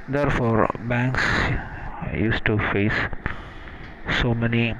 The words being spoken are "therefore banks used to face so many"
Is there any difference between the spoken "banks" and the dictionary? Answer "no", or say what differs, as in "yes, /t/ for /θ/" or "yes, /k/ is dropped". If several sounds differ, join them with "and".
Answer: no